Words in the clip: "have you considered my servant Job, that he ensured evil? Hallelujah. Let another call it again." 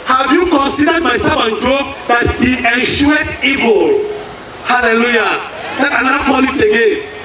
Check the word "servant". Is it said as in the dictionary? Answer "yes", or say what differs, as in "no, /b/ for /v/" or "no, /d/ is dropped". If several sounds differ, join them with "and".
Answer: no, /f/ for /v/